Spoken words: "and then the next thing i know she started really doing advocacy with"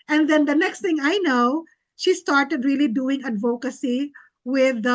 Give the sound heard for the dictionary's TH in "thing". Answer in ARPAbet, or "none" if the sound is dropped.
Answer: T